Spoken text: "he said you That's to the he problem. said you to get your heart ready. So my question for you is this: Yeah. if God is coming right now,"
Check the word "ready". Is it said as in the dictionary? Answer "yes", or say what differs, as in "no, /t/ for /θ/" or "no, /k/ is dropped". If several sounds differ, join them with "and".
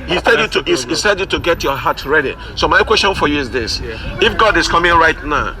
yes